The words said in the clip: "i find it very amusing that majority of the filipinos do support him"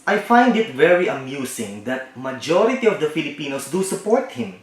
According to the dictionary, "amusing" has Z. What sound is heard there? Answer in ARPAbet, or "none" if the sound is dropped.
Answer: S